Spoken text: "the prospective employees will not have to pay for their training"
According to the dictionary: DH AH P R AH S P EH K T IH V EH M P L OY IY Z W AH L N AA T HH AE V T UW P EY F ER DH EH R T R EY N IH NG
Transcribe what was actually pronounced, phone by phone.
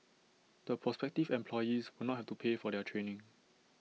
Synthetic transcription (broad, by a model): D AH P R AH S P EH K T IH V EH M P L OY IY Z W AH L N AA T HH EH F T UW P EY F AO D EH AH T R EY N IH NG